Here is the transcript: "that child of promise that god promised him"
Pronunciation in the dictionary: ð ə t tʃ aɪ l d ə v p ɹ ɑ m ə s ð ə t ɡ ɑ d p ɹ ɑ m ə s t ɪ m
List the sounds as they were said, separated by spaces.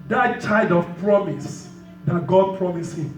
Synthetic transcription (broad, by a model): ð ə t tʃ aɪ d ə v p ɹ ɑ m ə s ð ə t ɡ ɑ d p ɹ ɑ m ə s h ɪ m